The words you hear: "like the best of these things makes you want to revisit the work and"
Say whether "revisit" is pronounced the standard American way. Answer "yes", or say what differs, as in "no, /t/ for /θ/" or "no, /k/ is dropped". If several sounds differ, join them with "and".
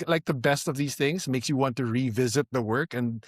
yes